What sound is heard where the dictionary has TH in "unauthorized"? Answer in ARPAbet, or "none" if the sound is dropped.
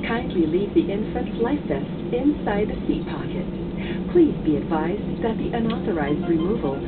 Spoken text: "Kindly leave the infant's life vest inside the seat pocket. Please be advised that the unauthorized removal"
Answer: TH